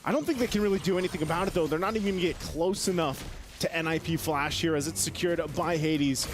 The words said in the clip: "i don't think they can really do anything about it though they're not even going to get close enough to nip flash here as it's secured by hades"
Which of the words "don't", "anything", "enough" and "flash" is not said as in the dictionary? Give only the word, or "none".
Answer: none